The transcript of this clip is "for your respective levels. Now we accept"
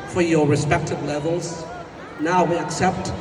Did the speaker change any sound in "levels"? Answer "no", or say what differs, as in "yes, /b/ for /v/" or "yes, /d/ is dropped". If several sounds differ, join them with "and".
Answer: no